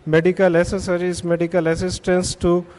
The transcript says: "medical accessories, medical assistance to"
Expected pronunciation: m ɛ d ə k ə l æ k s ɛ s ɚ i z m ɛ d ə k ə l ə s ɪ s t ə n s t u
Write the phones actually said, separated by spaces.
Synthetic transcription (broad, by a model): m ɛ d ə k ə l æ s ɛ s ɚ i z m ɛ d ə k ə l ə s ɪ s t ə n s t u